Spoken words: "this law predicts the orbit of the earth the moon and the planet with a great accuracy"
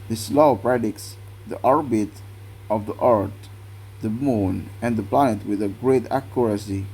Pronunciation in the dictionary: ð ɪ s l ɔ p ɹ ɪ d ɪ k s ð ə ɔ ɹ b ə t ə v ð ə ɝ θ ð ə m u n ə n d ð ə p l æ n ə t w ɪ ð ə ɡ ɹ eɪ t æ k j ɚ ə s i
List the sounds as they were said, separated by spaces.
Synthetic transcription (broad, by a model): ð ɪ s l ɔ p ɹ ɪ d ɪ k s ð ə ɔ ɹ b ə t ə v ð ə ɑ t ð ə m u n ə n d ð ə p l æ n ə t w ɪ ð ə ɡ ɹ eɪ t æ k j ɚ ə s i